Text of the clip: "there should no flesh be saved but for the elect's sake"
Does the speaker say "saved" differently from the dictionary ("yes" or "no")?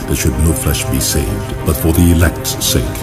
no